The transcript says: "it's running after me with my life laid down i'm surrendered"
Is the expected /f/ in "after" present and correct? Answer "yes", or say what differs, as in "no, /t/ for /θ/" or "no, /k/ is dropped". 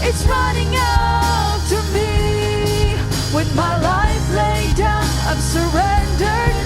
no, /f/ is dropped